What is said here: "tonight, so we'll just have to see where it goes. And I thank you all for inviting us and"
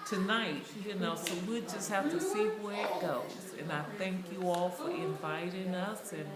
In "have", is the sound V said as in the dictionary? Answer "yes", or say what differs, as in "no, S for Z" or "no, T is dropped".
no, F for V